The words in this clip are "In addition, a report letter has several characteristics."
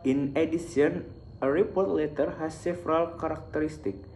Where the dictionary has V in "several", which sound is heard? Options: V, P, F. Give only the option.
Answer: F